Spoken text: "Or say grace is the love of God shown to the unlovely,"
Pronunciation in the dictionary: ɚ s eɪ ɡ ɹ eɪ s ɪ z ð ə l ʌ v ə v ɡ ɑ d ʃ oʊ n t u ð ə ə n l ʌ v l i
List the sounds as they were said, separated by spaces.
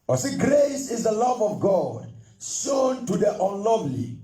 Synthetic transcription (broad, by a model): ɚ s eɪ ɡ ɹ eɪ s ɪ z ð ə l ʌ v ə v ɡ ɑ d s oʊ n t u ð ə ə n l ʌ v l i